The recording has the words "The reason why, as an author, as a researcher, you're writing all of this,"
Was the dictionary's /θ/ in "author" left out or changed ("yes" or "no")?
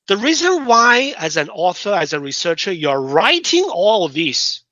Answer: no